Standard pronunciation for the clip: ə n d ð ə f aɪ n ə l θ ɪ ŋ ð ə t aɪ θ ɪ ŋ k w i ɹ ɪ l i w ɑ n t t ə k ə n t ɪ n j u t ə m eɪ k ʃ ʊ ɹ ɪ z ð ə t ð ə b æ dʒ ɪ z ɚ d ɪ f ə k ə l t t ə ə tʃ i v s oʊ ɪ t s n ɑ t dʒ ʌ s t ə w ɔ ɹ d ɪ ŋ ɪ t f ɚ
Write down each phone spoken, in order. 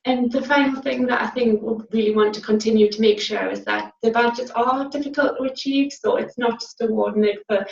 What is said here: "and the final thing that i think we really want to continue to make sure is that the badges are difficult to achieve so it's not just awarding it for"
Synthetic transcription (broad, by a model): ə n ð ə f aɪ n l θ ɪ ŋ ð ə t aɪ θ ɪ ŋ k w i ɹ ɪ l i w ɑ n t t ə k ə n t ɪ n j u t ə m eɪ k ʃ ʊ ɹ ɪ z ð ə t ð ə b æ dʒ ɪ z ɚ d ɪ f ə k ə l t t ə ə tʃ i v s oʊ ɪ t s n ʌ t dʒ ʌ s t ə w ɔ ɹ d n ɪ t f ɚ